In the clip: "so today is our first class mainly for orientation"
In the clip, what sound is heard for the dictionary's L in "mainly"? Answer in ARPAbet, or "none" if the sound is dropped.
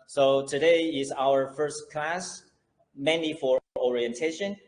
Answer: none